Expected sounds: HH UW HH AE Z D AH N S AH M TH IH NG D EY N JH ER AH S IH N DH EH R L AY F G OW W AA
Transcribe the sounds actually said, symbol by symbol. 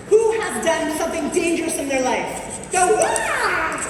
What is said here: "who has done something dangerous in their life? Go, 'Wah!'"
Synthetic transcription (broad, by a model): HH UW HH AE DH D AH N S AH M TH IH NG D EY N JH ER AH S IH N DH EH R L AY F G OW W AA